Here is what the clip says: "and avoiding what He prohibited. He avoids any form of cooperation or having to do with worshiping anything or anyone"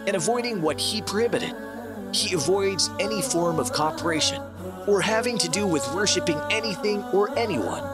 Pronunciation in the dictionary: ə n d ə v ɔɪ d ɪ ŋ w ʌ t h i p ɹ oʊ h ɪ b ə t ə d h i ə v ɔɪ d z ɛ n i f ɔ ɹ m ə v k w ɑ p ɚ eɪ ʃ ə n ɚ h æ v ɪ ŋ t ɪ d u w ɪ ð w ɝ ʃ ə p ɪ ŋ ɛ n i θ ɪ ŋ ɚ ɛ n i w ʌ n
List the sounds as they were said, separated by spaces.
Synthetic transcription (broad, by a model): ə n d ə v ɔɪ d ɪ ŋ w ʌ t h i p ɹ h ɪ b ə t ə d h i ə v ɔɪ d z ɛ n i f ɔ ɹ m ə v k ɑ p ɚ eɪ ʃ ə n ɚ h æ v ɪ ŋ t ɪ d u w ɪ ð w ɝ ʃ ə p ɪ ŋ ɛ n i θ ɪ ŋ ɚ ɛ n i w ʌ n